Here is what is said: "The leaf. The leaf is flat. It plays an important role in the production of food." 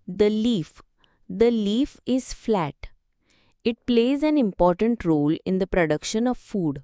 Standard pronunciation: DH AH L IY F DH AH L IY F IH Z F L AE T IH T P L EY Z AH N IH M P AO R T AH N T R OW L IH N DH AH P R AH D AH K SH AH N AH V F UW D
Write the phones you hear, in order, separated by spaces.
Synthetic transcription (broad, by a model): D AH L IY F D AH L IY F IH Z F L AE T IH T P L EY Z AH N IH M P AO R T AH N T R OW L IH N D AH P R AH D AH K SH AH N AH V F UW D